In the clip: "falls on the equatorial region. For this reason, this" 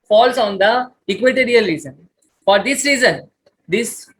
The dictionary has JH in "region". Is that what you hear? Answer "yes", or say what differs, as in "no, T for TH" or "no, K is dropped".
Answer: no, Z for JH